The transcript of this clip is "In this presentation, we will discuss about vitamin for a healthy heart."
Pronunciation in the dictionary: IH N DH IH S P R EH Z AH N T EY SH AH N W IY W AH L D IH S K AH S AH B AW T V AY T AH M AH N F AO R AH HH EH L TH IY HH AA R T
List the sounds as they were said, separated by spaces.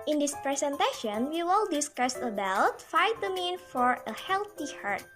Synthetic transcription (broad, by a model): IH N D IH S P R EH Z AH N T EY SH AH N W IY W AH L D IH S K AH S AH B AW T F AY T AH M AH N F AO R AH HH EH L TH IY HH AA R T